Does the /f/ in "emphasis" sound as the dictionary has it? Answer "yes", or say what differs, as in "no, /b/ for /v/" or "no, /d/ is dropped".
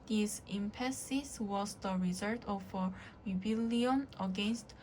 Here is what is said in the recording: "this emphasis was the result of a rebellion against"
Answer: no, /p/ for /f/